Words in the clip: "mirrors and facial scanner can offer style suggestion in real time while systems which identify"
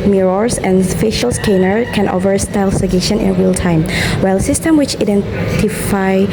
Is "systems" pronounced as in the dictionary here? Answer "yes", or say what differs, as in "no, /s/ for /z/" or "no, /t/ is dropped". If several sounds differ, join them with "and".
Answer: no, /z/ is dropped